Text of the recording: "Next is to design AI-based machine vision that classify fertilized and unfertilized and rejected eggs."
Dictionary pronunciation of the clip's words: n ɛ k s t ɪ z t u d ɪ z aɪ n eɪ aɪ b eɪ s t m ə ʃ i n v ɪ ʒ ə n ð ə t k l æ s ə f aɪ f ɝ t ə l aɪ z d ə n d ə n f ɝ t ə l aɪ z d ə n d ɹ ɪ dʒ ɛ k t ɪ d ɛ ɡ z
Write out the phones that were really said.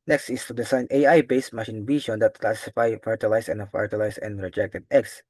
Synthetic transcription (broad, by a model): n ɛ k s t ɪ s t u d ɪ s aɪ n eɪ aɪ b eɪ s t m ə ʃ i n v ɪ ʃ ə n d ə t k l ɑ s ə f aɪ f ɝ t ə l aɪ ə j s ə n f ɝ t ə l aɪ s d ə n d ɹ ɪ dʒ ɛ k t ɪ d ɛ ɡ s